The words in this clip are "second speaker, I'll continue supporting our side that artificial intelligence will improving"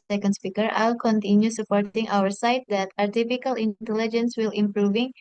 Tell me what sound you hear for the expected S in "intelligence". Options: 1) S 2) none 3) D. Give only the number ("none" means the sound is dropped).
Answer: 1